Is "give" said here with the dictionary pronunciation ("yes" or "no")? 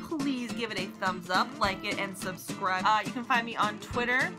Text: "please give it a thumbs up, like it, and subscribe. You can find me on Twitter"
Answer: yes